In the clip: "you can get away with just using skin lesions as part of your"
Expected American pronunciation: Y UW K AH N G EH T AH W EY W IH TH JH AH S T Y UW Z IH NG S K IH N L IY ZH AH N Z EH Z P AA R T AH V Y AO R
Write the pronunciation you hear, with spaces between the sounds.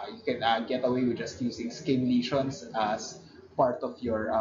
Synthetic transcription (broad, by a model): Y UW K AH N G EH T AH W EY W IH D JH AH S T Y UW S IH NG S K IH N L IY SH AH N S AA S P AA R T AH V Y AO R